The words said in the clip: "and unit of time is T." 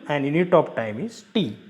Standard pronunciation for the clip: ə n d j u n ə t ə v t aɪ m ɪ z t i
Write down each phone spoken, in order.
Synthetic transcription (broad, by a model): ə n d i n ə t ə p t aɪ m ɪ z t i